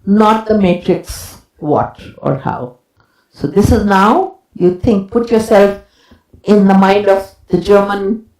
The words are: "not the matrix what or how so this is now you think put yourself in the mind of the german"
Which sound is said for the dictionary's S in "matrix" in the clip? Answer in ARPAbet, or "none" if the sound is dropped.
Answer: S